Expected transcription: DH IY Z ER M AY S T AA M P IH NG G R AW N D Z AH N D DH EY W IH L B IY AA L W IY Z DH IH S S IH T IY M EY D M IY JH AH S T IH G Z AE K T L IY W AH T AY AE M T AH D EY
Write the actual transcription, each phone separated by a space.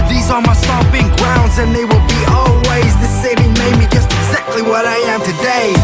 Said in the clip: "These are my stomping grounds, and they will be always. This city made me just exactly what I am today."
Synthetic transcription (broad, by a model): DH IY Z ER M AY S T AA P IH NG G R AW N D Z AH N DH EY W IH L B IY AA L W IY Z DH IH S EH IH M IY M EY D M IY JH AH S T IH G Z AE K T L IY W AH T AY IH M T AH D EY